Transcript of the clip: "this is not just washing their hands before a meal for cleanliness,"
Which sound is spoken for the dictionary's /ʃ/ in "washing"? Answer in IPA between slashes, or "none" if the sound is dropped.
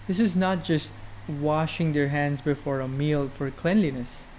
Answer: /ʃ/